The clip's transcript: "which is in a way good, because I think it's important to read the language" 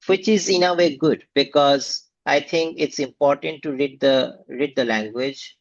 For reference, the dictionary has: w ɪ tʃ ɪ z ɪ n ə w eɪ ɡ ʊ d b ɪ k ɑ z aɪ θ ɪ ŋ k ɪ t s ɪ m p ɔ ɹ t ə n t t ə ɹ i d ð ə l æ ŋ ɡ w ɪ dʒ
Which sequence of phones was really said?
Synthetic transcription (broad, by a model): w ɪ tʃ ɪ z ɪ n ə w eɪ ɡ ʊ d b ɪ k ɑ z aɪ t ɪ ŋ k ɪ t s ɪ m p ɔ ɹ t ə n t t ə ɹ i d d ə l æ ŋ ɡ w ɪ dʒ